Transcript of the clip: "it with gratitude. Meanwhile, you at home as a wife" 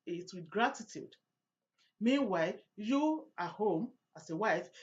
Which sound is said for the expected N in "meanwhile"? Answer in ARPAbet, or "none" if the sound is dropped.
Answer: N